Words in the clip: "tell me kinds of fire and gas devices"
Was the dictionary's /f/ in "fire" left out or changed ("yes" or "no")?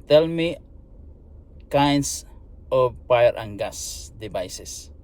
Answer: yes